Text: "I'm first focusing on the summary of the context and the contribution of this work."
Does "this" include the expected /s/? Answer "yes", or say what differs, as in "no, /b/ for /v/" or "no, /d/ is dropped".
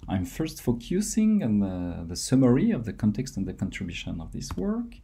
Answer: yes